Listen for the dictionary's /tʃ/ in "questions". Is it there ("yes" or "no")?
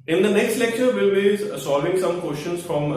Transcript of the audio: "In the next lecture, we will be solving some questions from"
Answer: no